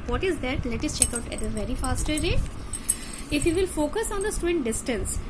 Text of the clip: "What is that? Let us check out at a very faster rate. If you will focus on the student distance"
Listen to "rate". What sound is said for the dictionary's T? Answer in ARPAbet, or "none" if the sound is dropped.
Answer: none